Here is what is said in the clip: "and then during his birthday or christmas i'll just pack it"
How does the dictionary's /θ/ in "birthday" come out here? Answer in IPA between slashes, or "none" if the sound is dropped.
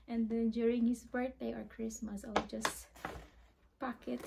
/t/